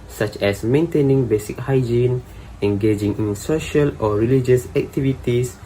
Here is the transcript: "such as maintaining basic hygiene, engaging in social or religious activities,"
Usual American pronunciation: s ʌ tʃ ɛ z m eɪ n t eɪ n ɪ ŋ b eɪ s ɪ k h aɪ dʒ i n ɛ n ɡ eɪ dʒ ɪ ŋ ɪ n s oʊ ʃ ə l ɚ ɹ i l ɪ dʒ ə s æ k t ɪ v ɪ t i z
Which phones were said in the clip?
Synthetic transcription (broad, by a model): s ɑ tʃ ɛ s m eɪ n t eɪ n ɪ ŋ b eɪ s ɪ k h aɪ dʒ i n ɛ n ɡ eɪ dʒ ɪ ŋ ɪ n s oʊ ʃ ə l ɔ ɹ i l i dʒ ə s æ k t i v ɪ t i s